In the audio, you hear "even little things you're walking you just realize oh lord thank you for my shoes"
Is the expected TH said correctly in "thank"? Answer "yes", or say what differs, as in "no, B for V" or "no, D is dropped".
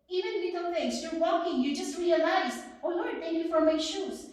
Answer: no, T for TH